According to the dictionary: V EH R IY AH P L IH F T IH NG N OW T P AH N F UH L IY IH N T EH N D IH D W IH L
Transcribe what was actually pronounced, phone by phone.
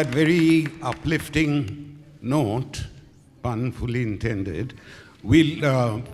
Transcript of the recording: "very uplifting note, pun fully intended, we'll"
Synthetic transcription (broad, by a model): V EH R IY AH P L IH F T IH NG N OW T B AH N F UH L IY IH N T EH N D IH D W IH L